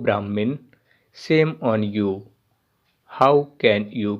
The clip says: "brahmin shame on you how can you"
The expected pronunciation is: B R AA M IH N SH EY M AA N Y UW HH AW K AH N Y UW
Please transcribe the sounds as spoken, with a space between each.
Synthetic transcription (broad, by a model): B R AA M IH N S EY M AA N Y UW HH AW K AH N Y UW